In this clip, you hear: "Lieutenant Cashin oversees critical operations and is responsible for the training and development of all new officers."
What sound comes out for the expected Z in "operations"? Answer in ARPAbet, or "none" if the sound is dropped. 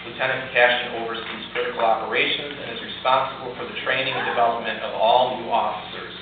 Z